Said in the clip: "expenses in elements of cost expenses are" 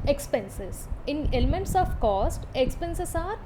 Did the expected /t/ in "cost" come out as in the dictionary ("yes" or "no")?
yes